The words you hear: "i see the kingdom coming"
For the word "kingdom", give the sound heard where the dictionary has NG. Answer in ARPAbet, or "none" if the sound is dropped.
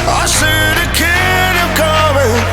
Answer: none